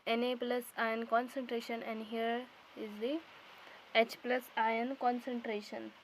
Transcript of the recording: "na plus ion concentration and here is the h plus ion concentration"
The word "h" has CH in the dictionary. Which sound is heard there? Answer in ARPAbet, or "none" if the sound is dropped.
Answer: CH